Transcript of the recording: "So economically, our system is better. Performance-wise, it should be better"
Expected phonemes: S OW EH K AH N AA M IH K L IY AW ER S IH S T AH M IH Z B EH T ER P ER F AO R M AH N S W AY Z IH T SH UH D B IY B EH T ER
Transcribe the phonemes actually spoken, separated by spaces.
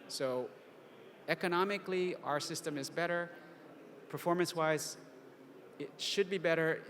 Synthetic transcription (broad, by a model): S OW EH K AH N AA M IH K L IY AW ER S IH S T AH M IH Z B EH T ER P ER F AO R M AH N S W AY Z IH T SH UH D B IY B EH T ER